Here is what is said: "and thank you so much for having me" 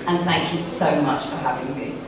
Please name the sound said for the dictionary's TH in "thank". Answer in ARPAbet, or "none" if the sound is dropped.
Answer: TH